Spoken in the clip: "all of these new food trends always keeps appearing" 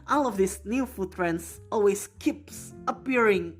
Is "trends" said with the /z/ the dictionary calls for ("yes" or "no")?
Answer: no